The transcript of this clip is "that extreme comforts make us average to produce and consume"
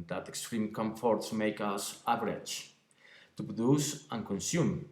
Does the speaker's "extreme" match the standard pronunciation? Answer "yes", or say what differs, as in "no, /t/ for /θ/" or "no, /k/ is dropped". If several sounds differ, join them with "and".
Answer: yes